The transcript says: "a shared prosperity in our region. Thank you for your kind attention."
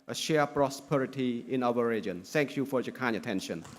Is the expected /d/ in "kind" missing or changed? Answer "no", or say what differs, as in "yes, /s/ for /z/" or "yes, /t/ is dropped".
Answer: yes, /d/ is dropped